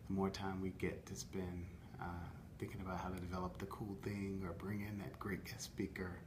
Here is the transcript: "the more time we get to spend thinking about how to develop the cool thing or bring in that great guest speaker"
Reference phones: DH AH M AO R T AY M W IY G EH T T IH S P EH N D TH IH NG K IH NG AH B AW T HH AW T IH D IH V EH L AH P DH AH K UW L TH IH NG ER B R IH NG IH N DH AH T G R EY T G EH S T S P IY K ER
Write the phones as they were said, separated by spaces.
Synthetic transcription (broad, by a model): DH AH M AO R T AY M W IY G EH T T IH S P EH N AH TH IH NG K IH NG AH B AW T HH AW T IH D IH V EH L AH P DH AH K UW L TH IH NG ER B R IH NG IH N DH AH T G R EY T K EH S S P IY K ER